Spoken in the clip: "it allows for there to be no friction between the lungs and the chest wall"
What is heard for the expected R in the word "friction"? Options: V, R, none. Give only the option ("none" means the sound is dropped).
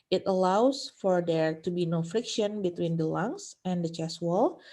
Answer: R